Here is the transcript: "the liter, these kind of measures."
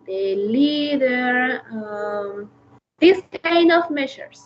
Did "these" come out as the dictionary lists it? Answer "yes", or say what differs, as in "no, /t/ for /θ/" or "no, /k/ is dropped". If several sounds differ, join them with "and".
no, /s/ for /z/